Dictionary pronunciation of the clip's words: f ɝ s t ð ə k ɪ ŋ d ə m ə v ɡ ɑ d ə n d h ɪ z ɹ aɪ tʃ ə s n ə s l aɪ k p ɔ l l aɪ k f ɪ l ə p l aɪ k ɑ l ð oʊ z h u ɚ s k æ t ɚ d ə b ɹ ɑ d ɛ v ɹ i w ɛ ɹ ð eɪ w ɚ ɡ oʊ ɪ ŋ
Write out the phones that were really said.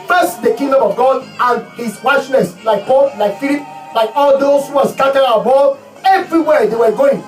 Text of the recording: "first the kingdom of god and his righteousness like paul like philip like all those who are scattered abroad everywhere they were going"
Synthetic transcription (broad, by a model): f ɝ s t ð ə k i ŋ d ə m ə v ɡ ɑ d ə n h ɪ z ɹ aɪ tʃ n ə s l aɪ k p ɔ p l aɪ k f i l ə p l aɪ k ɑ l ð oʊ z h u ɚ s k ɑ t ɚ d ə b ɑ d ɛ v ɹ i w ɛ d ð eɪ w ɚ ɡ oʊ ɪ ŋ